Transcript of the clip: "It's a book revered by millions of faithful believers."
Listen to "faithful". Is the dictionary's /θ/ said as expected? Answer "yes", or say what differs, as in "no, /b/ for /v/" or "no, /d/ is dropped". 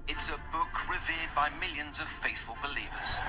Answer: yes